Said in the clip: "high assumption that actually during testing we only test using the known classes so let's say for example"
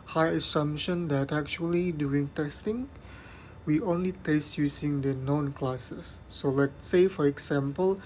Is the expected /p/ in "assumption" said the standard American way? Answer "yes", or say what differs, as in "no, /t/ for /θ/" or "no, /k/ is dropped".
no, /p/ is dropped